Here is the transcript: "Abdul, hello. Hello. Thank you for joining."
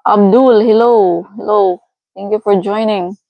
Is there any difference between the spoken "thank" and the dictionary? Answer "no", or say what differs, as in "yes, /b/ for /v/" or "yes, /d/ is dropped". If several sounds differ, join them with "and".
yes, /t/ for /θ/